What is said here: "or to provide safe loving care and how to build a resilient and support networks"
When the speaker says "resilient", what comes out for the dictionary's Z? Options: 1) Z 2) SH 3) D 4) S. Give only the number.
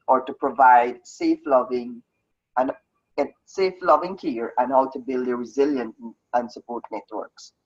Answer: 1